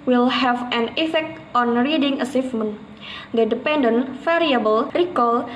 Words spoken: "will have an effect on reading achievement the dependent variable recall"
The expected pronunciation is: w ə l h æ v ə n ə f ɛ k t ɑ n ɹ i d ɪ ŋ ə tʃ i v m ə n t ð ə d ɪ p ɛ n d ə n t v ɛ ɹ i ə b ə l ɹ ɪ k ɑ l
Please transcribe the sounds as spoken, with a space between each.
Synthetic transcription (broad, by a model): w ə l h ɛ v ə n ə f ɛ k t ɑ n ɹ i d ɪ ŋ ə s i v m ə n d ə d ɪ p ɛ n d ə n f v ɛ ɹ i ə b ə l ɹ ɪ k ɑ l